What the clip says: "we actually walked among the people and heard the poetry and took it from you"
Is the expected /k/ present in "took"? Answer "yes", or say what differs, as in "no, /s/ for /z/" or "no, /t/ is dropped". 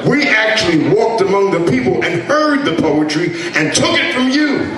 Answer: yes